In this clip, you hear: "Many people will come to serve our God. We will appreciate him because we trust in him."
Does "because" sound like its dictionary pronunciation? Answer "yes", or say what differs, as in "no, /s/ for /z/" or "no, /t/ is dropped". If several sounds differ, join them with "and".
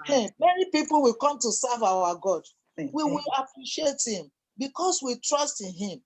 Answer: no, /s/ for /z/